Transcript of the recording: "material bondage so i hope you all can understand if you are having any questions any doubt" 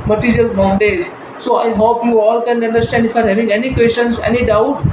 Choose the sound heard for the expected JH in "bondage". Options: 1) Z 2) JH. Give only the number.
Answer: 1